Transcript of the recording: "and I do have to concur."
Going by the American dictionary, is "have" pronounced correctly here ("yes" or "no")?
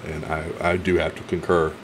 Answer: no